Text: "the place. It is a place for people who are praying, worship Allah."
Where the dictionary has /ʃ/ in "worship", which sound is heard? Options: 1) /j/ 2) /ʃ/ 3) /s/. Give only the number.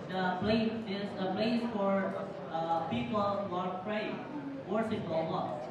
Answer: 3